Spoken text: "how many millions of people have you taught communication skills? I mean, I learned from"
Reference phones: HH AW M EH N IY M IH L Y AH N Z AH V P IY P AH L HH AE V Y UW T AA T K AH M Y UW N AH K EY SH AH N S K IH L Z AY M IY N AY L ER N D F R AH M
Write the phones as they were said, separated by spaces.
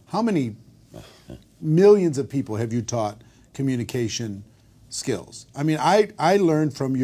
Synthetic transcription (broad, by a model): HH AW M EH N IY M IH L Y AH N Z AH V P IY P L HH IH V Y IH T AA T K AH M Y UW N AH K EY SH AH N S K IH L Z AY M IY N AY L ER N D F R AH M